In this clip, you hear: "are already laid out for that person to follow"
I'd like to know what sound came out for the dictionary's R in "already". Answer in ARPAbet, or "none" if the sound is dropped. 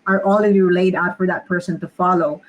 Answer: L